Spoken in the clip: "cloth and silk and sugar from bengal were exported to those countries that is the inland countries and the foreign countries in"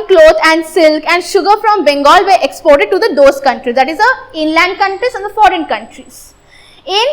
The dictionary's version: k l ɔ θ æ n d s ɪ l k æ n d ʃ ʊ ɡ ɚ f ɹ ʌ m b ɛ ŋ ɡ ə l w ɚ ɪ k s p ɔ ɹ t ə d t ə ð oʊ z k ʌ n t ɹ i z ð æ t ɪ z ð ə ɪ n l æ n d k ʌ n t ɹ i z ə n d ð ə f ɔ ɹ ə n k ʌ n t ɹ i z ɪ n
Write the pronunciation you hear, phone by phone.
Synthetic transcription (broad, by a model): k l ɔ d æ n d s ɪ l k æ n d ʃ ʊ ɡ ɚ f ɹ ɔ m b ɛ ŋ ɡ ə l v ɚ ɪ k s p ɔ ɹ t ə d t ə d oʊ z k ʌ n t ɹ i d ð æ t ɪ z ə ɪ n l æ n d k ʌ n t ɹ i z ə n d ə f ɔ ɹ ə n k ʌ n t ɹ i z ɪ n